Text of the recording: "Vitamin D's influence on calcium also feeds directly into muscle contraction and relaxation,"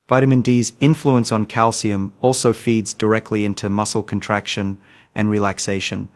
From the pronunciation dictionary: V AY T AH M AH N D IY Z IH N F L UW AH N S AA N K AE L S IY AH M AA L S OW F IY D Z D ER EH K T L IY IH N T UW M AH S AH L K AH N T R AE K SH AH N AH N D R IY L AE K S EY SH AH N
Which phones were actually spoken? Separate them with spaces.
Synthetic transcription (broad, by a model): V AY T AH M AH N D IY Z IH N F L UW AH N S N K AE L S IY AH M AA L S OW F IY D Z D ER EH K T L IY IH N T UW M AH S L K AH N T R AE K SH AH N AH N R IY L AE K S EY SH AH N